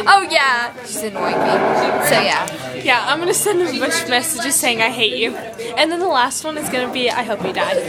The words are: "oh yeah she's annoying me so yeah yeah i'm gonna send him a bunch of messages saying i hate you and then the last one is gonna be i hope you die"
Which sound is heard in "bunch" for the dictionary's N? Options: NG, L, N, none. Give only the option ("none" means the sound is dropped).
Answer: none